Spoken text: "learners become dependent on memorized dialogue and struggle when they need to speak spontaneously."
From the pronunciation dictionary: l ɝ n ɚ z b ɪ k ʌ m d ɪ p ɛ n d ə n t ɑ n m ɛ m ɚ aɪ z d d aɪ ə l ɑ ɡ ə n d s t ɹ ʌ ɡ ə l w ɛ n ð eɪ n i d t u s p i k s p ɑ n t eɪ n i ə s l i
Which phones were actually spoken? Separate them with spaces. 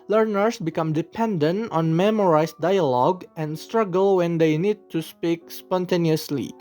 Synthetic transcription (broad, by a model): l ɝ n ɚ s b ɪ k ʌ m d ɪ p ɛ n d ə n t ɑ n m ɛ m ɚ aɪ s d d aɪ ə l ɑ ɡ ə n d s t ɹ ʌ ɡ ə l w ɛ n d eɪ n i d t u s p i k s p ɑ n t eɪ n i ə s l i